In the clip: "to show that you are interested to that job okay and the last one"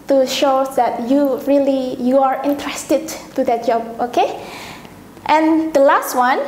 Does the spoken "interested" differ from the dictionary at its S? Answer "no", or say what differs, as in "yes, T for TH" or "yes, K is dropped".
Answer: no